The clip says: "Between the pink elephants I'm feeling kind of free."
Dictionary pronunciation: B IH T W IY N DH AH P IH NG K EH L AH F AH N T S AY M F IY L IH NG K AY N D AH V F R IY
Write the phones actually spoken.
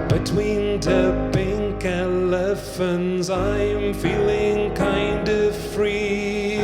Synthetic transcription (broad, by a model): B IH T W IY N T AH B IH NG K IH L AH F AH N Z AY M F IY L IH NG K AY N D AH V F R IY